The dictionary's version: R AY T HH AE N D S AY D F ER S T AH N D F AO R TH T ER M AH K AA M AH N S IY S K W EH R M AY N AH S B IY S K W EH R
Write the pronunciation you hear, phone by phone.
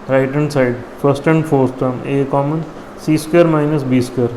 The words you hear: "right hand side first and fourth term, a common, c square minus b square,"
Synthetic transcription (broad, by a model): R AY T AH N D S AY D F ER S T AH N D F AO R S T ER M AH K AA M AH N S IY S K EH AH R M AY N AH S B IY S K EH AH R